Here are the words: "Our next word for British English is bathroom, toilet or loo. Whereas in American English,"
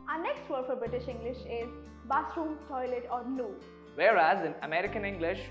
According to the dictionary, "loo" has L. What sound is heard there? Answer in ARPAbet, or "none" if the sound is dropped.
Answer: N